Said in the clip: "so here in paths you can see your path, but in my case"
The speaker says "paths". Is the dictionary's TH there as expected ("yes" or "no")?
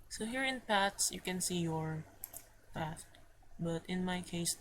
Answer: no